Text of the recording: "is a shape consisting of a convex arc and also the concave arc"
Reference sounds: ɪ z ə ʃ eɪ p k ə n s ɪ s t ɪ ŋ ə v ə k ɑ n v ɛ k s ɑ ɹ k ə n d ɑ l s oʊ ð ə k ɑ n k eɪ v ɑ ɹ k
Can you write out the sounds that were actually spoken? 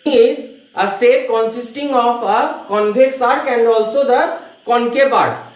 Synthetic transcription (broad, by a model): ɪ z ə s eɪ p k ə n s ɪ s t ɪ ŋ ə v ə k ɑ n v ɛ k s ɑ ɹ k ə n d ɑ l s oʊ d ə k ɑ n k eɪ p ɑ ɹ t